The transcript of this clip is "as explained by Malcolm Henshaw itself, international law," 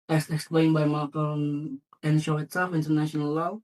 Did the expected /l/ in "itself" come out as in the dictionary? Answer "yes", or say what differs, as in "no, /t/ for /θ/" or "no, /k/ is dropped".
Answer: no, /l/ is dropped